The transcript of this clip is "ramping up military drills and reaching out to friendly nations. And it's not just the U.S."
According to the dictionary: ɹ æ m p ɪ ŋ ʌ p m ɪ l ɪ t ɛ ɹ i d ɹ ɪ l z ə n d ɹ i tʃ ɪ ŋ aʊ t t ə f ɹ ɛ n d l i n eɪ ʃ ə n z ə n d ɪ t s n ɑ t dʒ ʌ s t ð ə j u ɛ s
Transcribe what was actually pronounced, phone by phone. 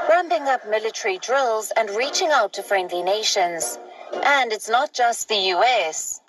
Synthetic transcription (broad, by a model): ɹ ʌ m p ɪ ŋ ʌ p m ɪ l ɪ t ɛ ɹ i d ɹ ɪ l z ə n ɹ i tʃ ɪ ŋ aʊ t t ə f ɹ ɛ n d l i n eɪ ʃ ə n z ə n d ɪ t s n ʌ t dʒ ʌ s t ð ə j u ɛ s